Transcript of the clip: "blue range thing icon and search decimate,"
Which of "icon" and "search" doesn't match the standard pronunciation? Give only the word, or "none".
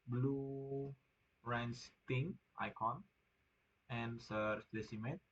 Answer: search